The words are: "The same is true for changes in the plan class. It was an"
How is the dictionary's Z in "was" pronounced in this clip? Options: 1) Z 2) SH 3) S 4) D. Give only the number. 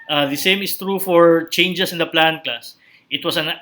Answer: 3